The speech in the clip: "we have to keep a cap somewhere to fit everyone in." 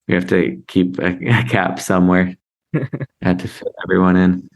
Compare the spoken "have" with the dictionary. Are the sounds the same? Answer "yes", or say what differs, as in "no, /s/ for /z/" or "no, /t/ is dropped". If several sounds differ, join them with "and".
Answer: no, /f/ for /v/